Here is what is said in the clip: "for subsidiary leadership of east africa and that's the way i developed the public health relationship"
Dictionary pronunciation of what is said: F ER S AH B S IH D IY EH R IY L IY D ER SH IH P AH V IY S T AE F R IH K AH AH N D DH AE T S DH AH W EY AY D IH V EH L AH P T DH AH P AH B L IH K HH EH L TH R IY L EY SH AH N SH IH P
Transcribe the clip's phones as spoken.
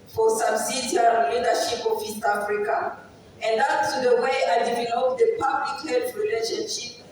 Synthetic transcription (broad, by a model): F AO S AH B S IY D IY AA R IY L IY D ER SH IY P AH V IY S T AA F R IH K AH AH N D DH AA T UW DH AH W EY AY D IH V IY N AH T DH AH P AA B L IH K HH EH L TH R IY L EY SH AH N SH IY P